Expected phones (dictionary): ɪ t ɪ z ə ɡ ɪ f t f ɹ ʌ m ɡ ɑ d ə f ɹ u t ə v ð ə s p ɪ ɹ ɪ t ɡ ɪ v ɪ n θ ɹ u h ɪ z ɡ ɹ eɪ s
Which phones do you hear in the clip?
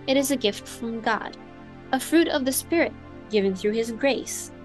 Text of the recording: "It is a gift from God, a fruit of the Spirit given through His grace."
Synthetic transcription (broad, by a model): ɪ t ɪ z ə ɡ ɪ f t f ɹ ʌ m ɡ ɑ d ə f ɹ u t ə v ð ə s p ɪ ɹ ɪ t ɡ ɪ v ɪ n θ ɹ u ɪ z ɡ ɹ eɪ s